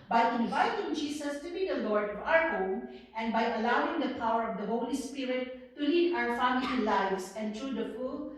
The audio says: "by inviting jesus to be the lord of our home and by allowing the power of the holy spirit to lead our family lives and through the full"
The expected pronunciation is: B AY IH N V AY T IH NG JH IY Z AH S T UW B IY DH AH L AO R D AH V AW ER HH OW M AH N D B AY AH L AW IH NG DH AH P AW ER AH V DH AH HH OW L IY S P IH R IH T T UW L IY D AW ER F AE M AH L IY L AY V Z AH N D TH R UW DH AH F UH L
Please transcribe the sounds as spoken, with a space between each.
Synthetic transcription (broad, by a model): B AY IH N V AY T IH NG JH IY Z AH S T UW B IY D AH L AO R D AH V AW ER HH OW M AH N D B AY AH L AW IH NG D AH P AW ER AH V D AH HH OW L IY S P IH R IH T T UW L IY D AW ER F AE M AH L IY L AY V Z AH N D T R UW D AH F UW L